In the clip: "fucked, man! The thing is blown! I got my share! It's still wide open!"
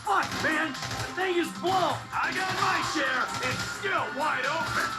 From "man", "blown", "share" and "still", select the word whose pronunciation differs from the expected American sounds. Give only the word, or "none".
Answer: blown